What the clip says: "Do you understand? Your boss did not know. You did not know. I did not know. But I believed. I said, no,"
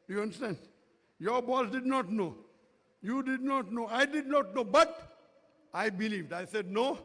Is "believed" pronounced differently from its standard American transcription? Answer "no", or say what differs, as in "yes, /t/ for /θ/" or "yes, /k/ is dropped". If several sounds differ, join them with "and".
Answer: no